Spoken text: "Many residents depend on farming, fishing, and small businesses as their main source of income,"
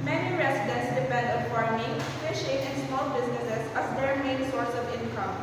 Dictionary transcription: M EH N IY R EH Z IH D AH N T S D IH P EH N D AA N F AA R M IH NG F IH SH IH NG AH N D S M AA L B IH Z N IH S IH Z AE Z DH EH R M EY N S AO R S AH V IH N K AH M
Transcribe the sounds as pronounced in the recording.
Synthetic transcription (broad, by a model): M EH N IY R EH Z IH D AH N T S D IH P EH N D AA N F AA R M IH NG P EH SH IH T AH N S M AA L B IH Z N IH S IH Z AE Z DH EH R M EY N S AO R S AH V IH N K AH M